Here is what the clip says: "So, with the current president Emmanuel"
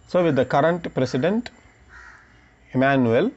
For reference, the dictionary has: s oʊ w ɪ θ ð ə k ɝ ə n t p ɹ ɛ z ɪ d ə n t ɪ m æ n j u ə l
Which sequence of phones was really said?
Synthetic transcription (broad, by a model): s oʊ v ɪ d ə k ɝ ə n t p ɹ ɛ s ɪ d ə n t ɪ m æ n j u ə l